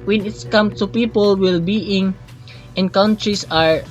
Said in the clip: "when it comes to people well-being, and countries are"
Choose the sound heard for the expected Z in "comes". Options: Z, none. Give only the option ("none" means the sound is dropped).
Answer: none